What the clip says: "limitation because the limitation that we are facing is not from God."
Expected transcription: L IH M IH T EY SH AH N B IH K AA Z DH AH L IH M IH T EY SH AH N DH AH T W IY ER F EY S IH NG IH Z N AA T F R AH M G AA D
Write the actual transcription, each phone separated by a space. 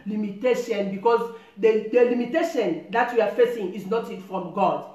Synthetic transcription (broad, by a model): L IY M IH T EY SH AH N B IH K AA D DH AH L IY M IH T EY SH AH N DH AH T W IY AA F EY S IH NG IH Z N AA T F R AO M G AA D